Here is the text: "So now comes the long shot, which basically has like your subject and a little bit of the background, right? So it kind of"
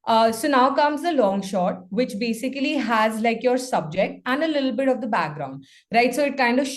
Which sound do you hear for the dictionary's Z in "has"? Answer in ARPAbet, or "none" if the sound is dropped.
Z